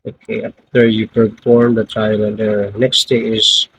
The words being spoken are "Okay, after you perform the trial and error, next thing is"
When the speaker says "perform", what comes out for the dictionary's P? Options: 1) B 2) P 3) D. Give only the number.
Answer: 1